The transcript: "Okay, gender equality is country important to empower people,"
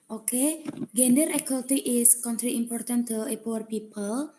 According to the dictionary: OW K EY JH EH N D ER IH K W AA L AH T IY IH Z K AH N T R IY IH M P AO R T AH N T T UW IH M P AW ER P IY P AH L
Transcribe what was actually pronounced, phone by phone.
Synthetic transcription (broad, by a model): OW K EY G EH N D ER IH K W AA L T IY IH S K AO N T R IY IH M P AO R T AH N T T UW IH P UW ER P IY P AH L